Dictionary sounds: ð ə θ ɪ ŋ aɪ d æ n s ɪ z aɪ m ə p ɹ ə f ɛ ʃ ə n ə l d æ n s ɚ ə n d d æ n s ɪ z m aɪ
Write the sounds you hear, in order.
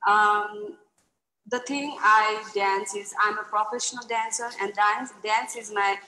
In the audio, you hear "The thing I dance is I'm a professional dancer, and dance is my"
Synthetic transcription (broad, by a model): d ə t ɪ ŋ aɪ d æ n s ɪ z aɪ m ə p ɹ ə f ɛ ʃ ə n ə l d æ n s ɚ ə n d d æ n s ɪ z m aɪ